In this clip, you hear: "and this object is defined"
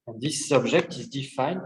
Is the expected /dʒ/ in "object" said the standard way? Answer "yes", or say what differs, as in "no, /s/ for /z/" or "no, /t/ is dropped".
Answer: no, /ʒ/ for /dʒ/